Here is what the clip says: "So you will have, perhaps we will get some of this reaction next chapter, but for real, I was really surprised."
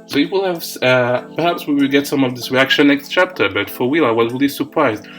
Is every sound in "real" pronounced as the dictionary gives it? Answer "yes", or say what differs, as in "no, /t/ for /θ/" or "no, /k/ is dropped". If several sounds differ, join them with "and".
no, /w/ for /ɹ/